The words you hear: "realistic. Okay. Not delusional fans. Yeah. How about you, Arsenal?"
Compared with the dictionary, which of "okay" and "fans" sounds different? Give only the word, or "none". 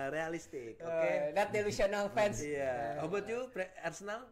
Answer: fans